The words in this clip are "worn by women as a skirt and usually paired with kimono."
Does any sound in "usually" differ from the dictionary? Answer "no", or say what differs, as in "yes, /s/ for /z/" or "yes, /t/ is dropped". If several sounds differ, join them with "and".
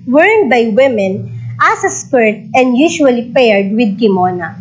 yes, /ʃ/ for /ʒ/